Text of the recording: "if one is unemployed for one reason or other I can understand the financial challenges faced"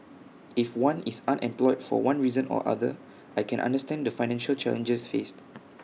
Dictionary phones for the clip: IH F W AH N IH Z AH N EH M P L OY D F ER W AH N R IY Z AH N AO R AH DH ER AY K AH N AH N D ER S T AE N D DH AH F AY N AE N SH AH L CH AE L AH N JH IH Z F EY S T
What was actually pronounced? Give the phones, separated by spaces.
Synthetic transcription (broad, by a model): IH F W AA N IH S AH N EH M P L OY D F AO W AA N R IY Z AH N AO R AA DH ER AY K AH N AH N D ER S T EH N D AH F AY N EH N SH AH L CH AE L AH N JH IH S F EY S T